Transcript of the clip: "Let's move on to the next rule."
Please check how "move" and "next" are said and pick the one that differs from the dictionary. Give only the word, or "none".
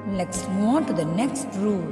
move